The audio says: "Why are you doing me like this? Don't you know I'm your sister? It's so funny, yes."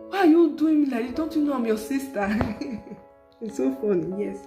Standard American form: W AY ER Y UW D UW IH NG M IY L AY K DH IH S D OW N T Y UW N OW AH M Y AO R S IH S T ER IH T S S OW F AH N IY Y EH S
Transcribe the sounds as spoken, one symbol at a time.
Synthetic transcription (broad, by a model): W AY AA Y UW D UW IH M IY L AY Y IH D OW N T Y UW N OW AH M Y AO S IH S T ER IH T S S OW F AH N IY Y EH S